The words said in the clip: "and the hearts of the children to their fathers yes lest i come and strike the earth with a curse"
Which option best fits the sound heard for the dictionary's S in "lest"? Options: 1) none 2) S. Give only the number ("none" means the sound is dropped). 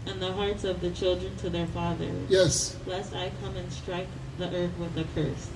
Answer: 2